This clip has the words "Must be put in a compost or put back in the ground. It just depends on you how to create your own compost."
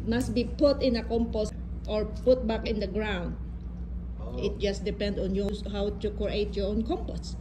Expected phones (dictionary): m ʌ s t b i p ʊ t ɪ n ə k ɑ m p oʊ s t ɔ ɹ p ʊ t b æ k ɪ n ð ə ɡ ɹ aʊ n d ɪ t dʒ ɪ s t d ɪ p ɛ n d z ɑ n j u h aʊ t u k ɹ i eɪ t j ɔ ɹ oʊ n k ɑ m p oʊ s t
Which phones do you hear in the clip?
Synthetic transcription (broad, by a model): m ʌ s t b i p ʊ t ɪ n ə k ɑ m p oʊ s t ɔ ɹ p ʊ t b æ k ɪ n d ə ɡ ɹ aʊ n d ɪ t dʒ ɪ s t d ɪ p ɛ n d ɑ n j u h aʊ t u k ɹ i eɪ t j ɔ ɹ oʊ n k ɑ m p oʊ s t